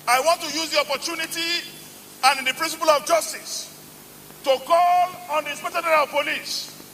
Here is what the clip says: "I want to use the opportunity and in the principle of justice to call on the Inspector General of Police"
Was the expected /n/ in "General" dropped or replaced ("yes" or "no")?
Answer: yes